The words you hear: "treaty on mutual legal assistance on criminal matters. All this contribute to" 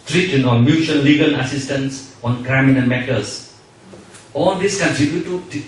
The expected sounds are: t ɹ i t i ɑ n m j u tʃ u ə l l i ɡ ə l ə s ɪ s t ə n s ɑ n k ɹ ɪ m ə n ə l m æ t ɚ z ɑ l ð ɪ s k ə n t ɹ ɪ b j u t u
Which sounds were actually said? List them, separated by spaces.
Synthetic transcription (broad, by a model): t ɹ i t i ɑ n m j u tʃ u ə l l i ɡ ə l ə s ɪ s t ə n s ɑ n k ɹ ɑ m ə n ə n m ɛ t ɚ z ɑ l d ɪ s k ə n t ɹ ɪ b j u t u